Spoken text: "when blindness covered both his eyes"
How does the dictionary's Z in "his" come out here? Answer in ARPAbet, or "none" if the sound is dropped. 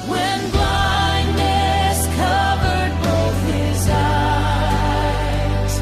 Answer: Z